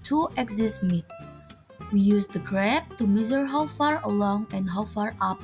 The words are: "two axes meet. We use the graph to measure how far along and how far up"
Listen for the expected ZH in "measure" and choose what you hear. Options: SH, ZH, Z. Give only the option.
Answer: Z